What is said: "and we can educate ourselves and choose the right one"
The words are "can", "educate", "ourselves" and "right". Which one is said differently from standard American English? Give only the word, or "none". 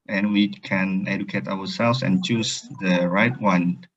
ourselves